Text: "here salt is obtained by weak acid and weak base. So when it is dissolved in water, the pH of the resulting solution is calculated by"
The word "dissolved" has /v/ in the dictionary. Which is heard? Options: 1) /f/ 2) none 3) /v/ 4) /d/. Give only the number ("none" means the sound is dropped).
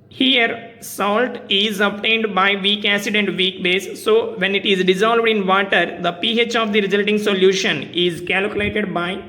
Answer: 3